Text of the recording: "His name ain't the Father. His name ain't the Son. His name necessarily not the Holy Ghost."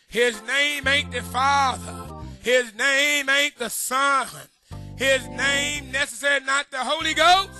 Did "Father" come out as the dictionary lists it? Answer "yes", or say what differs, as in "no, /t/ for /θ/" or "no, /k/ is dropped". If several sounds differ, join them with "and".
yes